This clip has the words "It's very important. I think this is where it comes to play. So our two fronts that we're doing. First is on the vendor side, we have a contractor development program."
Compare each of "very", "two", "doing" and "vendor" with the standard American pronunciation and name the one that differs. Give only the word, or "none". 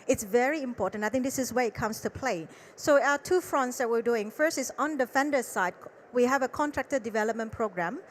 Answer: vendor